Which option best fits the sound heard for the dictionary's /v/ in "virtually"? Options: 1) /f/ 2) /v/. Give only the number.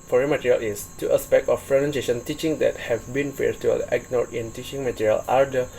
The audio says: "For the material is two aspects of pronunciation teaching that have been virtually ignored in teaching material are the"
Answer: 1